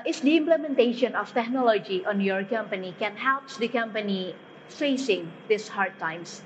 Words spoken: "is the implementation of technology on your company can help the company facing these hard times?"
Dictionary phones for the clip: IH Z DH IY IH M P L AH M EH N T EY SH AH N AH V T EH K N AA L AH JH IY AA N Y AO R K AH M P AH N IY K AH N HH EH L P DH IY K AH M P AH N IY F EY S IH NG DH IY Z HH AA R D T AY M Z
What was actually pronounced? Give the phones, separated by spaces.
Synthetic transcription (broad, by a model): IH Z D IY IH M P L AH M EH N T EY SH AH N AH F T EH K N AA L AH JH IY AA N Y AO R K AH M P AH N IY K AH N HH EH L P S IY K AH M P AH N IY F EY S IH NG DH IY S HH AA R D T AY M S